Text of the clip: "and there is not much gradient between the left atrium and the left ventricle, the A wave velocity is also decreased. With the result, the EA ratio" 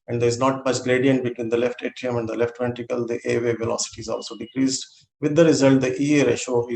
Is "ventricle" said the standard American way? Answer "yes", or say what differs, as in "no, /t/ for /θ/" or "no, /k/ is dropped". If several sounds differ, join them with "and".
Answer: no, /ɹ/ is dropped